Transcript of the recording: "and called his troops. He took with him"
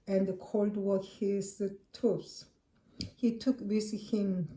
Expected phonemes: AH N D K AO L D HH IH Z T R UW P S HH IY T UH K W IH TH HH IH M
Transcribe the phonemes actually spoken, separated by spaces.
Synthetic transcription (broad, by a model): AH N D K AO L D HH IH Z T UW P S HH IY T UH K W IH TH HH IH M